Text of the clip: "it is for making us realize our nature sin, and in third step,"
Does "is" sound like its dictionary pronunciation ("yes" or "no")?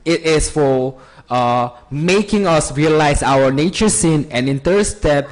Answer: no